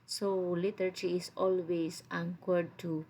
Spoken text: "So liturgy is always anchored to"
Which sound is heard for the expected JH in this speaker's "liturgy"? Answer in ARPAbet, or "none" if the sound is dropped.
CH